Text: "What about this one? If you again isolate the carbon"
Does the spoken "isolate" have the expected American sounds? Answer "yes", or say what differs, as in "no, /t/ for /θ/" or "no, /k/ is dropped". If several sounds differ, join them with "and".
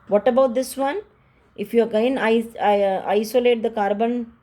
yes